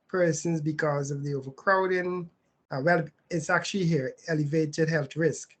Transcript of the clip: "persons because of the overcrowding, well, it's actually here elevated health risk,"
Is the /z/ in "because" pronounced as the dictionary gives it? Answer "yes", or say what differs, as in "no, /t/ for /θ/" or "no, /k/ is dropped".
yes